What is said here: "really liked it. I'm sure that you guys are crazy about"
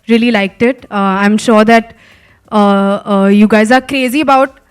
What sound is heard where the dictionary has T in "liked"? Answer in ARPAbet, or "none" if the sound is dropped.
T